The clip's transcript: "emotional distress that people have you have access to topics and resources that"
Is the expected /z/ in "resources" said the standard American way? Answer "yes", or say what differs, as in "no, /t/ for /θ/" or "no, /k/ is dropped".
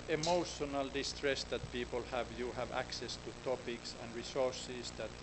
no, /s/ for /z/